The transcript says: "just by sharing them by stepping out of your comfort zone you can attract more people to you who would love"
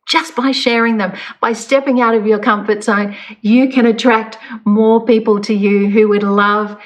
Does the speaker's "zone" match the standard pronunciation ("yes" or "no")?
no